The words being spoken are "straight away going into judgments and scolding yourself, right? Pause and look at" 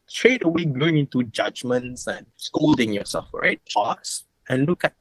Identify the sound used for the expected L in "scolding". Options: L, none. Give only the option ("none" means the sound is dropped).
L